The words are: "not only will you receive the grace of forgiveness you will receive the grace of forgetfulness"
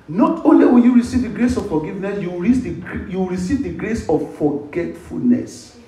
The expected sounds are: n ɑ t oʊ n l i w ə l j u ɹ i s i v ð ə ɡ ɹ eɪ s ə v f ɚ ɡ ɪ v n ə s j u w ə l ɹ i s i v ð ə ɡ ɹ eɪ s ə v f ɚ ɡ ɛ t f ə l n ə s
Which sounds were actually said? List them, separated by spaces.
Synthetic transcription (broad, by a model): n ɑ t oʊ n l i w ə n j u ɹ i s i v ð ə ɡ ɹ eɪ s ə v f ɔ ɡ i v n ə s j u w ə w ɹ i s i v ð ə ɡ ɹ eɪ s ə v f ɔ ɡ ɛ t f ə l n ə s